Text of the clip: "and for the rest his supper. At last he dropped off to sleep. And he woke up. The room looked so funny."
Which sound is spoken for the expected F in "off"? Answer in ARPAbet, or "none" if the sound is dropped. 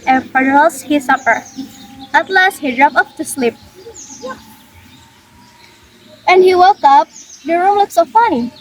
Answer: P